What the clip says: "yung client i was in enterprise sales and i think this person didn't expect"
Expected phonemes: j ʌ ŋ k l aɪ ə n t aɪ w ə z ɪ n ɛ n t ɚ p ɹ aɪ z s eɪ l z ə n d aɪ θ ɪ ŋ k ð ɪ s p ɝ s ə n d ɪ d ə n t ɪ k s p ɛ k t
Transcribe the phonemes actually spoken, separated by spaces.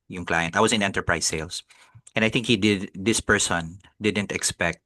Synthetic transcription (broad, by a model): j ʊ ŋ k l aɪ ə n t aɪ w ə s ɪ n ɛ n t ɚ p ɹ aɪ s eɪ l s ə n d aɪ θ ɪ ŋ k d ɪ s p ɝ s ə n d ɪ d ə n t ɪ k s p ɛ k t